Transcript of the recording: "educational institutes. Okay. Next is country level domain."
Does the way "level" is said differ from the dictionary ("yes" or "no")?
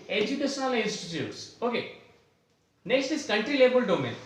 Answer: yes